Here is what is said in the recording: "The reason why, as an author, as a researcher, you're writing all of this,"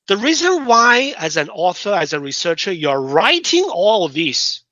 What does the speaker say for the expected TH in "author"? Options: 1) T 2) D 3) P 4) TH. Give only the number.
4